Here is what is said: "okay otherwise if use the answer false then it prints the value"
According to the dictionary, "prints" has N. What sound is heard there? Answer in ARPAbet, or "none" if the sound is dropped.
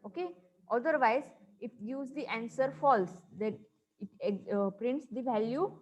N